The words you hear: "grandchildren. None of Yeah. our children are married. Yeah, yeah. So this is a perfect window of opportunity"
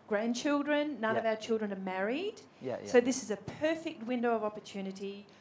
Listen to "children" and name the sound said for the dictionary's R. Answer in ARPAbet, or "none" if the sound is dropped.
R